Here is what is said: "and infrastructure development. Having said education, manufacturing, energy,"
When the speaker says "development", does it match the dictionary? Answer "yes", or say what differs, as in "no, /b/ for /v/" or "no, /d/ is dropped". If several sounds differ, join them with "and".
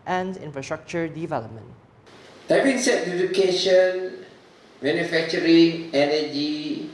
yes